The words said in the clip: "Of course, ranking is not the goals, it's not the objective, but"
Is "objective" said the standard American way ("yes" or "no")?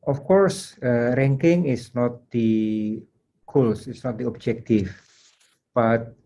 no